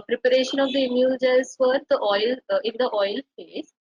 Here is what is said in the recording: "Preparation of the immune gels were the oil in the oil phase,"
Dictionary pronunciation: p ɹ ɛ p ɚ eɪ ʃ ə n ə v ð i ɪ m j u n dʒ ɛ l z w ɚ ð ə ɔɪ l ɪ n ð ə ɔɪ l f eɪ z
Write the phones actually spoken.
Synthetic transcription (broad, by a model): p ɹ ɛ p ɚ eɪ ʃ ə n ə v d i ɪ m j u l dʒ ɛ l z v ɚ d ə ɔɪ l ɪ n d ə ɔɪ l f eɪ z